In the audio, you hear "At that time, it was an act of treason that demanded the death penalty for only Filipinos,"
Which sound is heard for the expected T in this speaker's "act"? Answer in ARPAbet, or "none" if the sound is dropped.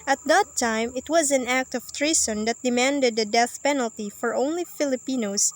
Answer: T